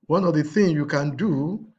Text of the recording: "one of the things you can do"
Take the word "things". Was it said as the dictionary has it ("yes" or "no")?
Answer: no